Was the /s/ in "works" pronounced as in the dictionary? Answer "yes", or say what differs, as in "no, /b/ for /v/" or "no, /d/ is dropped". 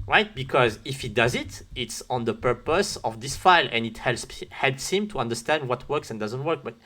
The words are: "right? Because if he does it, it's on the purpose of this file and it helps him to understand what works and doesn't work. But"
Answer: yes